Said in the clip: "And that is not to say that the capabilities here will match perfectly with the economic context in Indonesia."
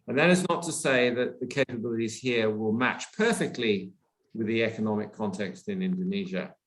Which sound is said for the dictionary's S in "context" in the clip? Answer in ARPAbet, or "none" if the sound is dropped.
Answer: S